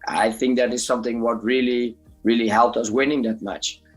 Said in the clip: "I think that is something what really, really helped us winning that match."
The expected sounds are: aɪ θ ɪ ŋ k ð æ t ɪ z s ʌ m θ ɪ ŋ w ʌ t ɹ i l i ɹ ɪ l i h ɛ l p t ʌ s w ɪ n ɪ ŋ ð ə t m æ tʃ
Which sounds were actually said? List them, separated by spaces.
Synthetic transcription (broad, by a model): aɪ θ ɪ ŋ k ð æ t ɪ z s ʌ m θ ɪ ŋ w ʌ t ɹ i l i ɹ ɪ l i h ɛ l p t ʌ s w ɪ n ɪ ŋ ð ə t m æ tʃ